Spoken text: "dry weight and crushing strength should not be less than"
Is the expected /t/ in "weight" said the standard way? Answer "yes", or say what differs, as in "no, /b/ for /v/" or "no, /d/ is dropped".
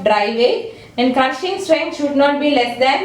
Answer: no, /t/ is dropped